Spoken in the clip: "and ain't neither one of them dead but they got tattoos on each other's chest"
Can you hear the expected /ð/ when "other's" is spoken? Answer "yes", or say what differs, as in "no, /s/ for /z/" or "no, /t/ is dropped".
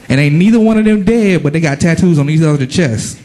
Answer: no, /ð/ is dropped